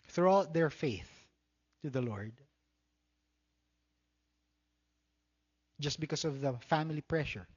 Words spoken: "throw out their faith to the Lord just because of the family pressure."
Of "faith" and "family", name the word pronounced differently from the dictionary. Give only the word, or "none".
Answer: none